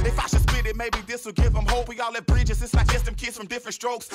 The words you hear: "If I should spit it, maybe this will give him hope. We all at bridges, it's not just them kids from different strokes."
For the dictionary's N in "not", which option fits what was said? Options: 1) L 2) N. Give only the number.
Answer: 1